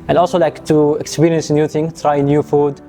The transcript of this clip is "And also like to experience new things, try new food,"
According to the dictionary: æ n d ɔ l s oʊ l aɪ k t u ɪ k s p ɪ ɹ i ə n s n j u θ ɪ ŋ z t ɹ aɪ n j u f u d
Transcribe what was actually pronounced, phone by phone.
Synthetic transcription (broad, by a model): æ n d ɔ l s oʊ l aɪ k t u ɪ k s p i ɹ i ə n s n j u t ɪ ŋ t ɹ aɪ n j u f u d